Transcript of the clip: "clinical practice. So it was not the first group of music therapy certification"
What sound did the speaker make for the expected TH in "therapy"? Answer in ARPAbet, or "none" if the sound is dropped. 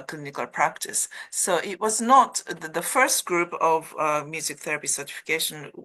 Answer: TH